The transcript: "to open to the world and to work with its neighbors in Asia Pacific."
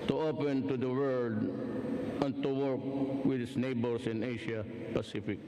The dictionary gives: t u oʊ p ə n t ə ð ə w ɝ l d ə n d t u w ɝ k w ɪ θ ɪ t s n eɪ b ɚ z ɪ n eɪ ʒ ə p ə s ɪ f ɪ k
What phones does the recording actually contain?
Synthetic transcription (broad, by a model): t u oʊ p ə n t ə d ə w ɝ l d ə n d t u w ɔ k w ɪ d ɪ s n eɪ b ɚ s ɪ n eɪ ʃ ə p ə s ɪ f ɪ k